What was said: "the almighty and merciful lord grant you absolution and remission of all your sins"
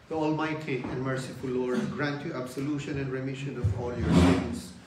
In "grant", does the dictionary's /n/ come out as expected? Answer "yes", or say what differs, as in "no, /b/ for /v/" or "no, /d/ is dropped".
yes